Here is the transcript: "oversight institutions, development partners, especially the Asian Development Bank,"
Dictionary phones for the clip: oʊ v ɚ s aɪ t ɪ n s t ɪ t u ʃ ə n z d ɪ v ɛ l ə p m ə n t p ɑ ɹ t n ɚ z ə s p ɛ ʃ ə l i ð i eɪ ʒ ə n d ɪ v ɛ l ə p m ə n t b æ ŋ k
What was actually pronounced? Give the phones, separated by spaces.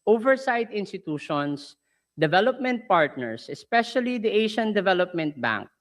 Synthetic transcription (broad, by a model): oʊ v ɚ s aɪ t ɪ n s t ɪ t u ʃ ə n s d ɪ v ɛ l ə p m ə n t p ɑ ɹ t n ɚ s ə s p ɛ ʃ ə l i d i eɪ ʃ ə n d ɪ v ɛ l ə p m ə n t b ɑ ŋ k